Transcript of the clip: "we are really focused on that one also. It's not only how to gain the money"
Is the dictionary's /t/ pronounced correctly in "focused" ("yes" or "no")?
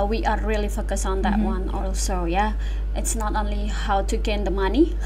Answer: no